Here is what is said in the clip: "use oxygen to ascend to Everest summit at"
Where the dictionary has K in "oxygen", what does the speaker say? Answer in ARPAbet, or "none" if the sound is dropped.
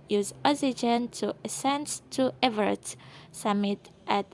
none